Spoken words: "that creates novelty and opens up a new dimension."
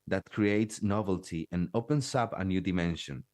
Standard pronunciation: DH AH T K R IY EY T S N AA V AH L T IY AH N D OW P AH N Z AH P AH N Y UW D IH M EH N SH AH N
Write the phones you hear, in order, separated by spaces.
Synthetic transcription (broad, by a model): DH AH T K R IY EY T S N AA V AH L T IY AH N OW P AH N S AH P AH N Y UW D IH M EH N SH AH N